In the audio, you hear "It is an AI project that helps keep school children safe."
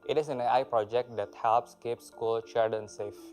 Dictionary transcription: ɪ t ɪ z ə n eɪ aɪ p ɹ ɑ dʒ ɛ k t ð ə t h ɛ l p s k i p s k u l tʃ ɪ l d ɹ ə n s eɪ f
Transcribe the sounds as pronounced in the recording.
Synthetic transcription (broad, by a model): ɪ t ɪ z ə n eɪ aɪ p ɹ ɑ dʒ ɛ k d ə t h ɛ l p s k i p s k u l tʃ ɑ d ə n s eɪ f